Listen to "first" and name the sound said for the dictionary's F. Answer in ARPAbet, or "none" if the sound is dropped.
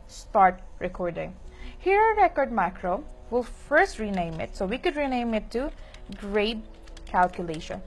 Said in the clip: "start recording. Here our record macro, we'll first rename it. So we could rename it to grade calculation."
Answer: F